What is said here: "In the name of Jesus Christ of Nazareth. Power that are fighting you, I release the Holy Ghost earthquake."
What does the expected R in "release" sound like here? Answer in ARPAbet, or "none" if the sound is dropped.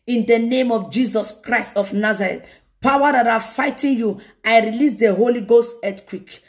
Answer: R